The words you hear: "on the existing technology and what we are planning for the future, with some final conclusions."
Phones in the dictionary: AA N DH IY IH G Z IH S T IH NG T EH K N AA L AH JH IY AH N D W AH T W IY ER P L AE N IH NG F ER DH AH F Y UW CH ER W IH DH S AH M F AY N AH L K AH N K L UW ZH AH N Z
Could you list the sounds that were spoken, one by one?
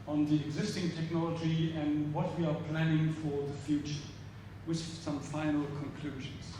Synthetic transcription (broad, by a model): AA N DH IY IH G Z IH S T IH NG T EH K N AA L AH JH IY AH N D W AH T W IY ER P L AE N IH NG F ER DH AH F Y UW CH ER W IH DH S AH M F AY N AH L K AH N K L UW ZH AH N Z